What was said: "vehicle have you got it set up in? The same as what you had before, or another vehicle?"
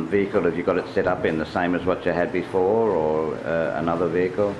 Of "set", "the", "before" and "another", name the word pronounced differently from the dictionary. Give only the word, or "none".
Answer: none